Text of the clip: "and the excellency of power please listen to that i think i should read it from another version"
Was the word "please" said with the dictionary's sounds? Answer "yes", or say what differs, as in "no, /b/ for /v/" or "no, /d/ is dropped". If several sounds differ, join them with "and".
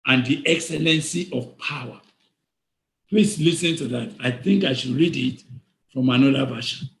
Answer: no, /s/ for /z/